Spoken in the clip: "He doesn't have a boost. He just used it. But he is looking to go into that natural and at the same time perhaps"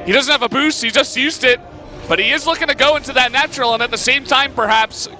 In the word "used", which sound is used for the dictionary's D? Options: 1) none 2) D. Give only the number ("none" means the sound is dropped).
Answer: 2